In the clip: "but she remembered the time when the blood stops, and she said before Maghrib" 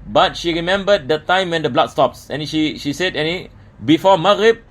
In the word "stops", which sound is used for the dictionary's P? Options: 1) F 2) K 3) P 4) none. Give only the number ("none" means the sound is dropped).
3